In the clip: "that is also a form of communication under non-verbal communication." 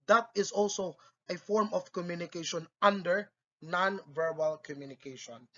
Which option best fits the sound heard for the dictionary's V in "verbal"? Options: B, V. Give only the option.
V